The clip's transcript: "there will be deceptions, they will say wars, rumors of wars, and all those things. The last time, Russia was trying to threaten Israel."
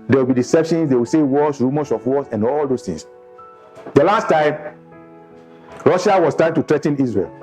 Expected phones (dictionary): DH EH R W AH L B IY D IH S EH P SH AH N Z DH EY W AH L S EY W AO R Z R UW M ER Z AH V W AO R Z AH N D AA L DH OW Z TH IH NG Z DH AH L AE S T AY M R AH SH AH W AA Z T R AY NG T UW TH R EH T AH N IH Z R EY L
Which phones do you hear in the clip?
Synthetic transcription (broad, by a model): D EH W AH L B IY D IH S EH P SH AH N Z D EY W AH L S EY W AO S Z R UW M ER S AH F W AO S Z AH N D AA L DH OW S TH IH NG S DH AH L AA S T AY M R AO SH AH W AA S T R AY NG T UW T R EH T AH N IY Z R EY L